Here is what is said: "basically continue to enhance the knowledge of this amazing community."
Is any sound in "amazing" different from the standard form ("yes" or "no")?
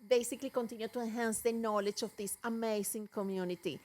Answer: yes